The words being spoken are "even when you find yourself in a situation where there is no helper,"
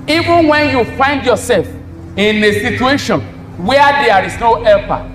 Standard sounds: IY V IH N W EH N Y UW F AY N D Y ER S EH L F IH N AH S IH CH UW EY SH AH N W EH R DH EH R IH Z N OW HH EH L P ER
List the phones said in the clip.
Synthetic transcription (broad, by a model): IY V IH N W EH N Y UW F AY N D Y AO S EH L F IH N AH S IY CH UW EY SH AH N W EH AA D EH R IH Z N OW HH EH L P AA